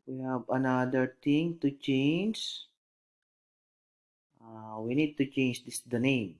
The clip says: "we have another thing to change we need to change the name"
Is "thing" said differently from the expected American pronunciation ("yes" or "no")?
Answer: yes